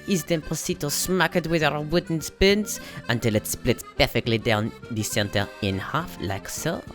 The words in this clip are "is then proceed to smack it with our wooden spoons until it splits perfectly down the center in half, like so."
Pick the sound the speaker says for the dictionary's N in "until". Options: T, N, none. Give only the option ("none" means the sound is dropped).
N